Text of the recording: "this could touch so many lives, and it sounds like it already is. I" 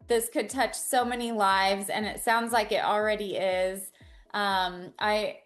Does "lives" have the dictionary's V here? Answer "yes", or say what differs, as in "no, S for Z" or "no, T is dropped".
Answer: yes